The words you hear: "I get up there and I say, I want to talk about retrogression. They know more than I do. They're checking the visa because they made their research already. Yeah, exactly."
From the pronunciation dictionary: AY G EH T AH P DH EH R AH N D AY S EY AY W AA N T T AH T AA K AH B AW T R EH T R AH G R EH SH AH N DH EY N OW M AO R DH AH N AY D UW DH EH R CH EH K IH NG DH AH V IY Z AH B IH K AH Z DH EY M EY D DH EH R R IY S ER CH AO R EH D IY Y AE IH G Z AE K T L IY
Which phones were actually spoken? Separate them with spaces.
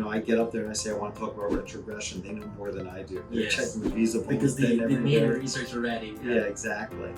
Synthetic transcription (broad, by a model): AY G EH T AH P DH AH R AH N AY S EY AY W AA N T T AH T AA K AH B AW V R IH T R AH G R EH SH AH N DH EY N OW M AO R DH AH N AY D UW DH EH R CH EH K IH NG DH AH V IY Z AH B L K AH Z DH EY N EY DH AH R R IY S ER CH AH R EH D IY Y AE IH G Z AE K T L IY